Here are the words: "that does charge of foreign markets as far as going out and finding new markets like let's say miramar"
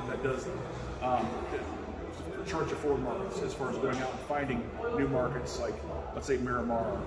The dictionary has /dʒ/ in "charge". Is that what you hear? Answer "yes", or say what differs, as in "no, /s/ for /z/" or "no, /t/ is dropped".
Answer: no, /tʃ/ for /dʒ/